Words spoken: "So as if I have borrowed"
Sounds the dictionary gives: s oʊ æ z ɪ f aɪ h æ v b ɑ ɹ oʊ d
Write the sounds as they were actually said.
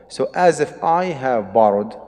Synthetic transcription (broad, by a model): s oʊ æ z ɪ f aɪ h æ v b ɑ ɹ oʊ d